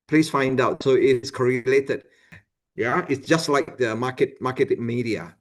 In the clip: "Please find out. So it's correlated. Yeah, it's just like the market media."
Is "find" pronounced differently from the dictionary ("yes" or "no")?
no